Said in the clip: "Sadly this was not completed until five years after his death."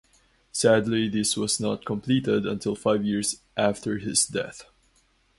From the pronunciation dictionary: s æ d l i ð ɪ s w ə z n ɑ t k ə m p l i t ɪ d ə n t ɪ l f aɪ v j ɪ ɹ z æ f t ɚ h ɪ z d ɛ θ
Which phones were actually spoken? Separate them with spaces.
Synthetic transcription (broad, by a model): s æ d l i ð ɪ s w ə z n ɑ t k ə m p l i t ɪ d ə n t ɪ l f aɪ v j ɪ ɹ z æ f t ɚ h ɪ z d ɛ θ